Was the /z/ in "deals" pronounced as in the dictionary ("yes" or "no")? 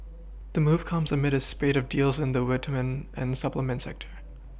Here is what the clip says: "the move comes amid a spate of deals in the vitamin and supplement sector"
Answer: yes